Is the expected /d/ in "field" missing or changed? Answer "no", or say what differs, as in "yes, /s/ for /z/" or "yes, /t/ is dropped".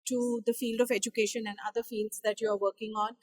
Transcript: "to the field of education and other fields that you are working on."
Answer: no